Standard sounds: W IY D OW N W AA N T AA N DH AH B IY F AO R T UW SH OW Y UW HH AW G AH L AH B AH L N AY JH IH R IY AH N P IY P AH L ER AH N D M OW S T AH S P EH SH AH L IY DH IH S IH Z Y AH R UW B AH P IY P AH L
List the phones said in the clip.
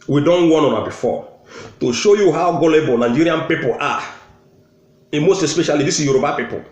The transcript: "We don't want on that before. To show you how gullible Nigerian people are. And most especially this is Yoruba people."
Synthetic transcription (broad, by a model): W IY D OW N W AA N AA N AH B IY F AO T UW SH OW Y UW HH AW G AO L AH B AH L N AY JH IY R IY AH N P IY P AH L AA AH M OW S T AH S P EH SH AH L IY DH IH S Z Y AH R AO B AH P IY P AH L